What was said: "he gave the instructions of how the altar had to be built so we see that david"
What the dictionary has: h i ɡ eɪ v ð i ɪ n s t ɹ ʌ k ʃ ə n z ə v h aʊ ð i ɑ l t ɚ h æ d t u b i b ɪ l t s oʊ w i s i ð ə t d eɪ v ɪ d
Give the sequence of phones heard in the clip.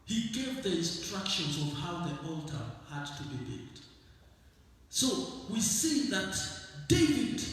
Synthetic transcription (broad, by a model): h i ɡ eɪ v ð i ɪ n s t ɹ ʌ k ʃ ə n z ə v h aʊ ð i ɑ l t ɚ h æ d t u b i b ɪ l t s oʊ w i s i ð ə t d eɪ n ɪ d